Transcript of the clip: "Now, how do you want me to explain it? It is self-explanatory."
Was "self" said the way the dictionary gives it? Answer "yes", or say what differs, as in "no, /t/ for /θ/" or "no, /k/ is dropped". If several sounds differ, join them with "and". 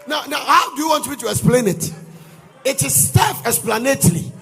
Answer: no, /l/ is dropped